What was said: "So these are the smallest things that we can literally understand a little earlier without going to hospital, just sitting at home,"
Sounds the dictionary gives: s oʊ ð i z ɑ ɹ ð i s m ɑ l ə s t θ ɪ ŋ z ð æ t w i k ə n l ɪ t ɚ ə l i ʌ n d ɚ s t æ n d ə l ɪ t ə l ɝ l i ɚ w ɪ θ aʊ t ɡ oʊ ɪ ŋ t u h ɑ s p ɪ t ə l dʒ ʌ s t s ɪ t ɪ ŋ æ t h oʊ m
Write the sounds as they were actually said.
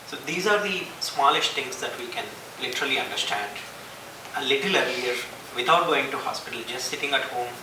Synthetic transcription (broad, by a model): s oʊ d i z ɑ ɹ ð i s m ɑ l ə s t t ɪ ŋ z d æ t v i k ə n l ɪ t ɚ ə l i ʌ n d ɚ s t æ n d ə l ɪ t ə l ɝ i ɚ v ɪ t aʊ t ɡ oʊ ɪ ŋ t u h ɑ s p ɪ t ə l dʒ ʌ s t s ɪ t ɪ ŋ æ t h oʊ m